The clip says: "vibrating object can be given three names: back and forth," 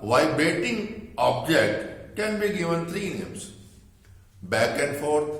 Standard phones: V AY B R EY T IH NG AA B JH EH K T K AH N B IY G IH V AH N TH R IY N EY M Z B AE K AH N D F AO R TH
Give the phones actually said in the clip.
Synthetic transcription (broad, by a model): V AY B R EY T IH NG AA B JH EH K T K AH N B IY G IH V AH N T R IY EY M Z B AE K AH N D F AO R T